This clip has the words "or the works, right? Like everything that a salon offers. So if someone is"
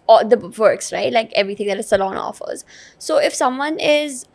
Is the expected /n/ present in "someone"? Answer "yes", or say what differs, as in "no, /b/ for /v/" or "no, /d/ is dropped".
yes